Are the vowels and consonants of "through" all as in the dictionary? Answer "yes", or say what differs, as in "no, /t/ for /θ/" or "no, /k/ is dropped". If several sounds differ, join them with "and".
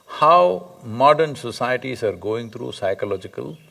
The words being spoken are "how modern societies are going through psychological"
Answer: no, /t/ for /θ/